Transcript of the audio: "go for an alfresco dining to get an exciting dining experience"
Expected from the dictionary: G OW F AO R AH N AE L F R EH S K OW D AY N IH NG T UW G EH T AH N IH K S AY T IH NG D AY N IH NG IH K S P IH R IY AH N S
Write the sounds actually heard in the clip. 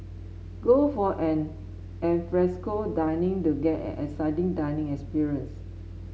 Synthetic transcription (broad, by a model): G OW F AO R AH N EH N F R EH S K OW D AY N IH NG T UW G EH T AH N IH S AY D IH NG D AY N IH NG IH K S P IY R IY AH N S